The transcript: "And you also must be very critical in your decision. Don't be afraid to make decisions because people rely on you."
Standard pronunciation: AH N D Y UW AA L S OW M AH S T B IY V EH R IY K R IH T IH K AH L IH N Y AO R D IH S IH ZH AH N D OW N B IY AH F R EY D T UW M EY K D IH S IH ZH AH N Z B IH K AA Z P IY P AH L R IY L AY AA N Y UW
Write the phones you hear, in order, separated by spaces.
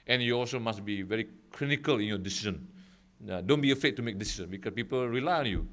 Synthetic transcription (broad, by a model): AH N Y UW AA L S OW M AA S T B IY V EH R IY K R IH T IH K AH L IH N Y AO D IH S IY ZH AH N D OW N B IY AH F EY T UW M EY K D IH S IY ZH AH N B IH K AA S P IY P AH L R IY L AY AA N Y UW